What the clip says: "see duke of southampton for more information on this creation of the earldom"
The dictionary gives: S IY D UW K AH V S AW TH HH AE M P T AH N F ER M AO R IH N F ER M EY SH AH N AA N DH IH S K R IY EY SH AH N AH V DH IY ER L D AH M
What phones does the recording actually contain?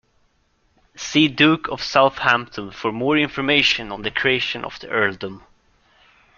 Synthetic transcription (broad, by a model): S IY D UW K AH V S AW TH HH AE M P T AH N F ER M AO R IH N F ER M EY SH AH N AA N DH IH K R IY EY SH AH N AH V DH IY ER L D AH M